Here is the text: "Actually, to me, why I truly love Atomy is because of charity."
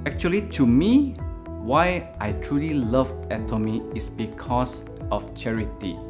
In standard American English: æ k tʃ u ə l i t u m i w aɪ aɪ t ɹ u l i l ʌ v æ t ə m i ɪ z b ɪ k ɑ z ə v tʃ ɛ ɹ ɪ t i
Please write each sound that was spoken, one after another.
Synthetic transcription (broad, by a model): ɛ k tʃ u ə l i t u m i w aɪ aɪ t ɹ u l i l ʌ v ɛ t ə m i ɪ s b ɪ k ɑ s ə f tʃ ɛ ɹ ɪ t i